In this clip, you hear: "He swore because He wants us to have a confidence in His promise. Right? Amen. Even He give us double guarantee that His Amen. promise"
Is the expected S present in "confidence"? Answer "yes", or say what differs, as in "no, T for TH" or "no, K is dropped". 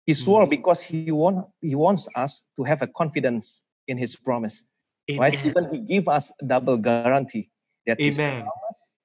yes